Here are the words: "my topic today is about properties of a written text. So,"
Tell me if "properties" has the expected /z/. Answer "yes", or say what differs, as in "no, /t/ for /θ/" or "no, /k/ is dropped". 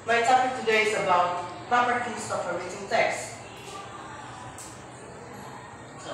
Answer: no, /s/ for /z/